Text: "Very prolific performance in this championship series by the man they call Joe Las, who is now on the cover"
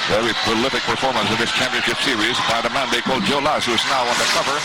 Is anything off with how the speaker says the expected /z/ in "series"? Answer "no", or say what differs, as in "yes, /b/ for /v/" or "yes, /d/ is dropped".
no